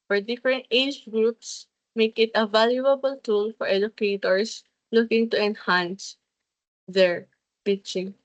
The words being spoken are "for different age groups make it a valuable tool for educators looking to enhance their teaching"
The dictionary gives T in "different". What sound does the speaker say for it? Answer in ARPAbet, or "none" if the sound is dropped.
T